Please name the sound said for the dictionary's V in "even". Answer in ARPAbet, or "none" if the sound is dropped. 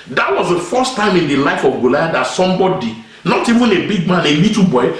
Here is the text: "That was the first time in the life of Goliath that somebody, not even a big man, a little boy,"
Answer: V